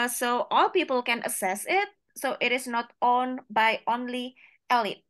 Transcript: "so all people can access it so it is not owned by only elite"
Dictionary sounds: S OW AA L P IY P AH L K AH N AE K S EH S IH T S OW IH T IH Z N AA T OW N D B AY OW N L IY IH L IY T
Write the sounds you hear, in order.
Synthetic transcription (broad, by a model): S OW AA L P IY P AH L K AH N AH S EH S IH T S OW IH T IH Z N AA T OW N B AY OW N L IY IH L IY T